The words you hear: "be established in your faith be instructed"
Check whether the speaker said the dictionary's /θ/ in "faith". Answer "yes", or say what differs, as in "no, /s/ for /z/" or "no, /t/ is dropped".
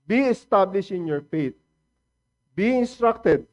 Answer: no, /t/ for /θ/